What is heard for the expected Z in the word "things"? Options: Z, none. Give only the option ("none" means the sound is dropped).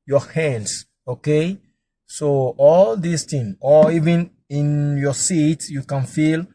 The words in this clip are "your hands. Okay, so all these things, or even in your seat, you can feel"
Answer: none